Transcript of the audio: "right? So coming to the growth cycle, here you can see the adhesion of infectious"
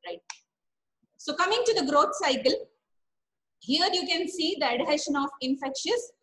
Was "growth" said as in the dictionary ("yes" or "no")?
no